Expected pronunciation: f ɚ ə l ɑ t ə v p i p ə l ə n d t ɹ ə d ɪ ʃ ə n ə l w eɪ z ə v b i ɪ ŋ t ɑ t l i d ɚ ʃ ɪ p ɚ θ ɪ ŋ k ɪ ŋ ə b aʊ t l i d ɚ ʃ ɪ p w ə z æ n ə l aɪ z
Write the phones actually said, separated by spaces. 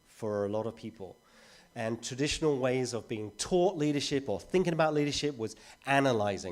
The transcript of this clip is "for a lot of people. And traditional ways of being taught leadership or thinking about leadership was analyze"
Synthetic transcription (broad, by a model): f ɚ ə l ɑ t ə v p i p ə l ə n t ɹ ə d ɪ ʃ ə n ə l w eɪ z ə v b i ɪ ŋ t ɑ t l i d ɚ ʃ ɪ p ɚ θ ɪ ŋ k ɪ ŋ ə b aʊ t l i d ɚ ʃ ɪ p w ə z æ n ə l aɪ z